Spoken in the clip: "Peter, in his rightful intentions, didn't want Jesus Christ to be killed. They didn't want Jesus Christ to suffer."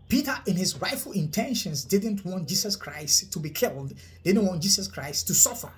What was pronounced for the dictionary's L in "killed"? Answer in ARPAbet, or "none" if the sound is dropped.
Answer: L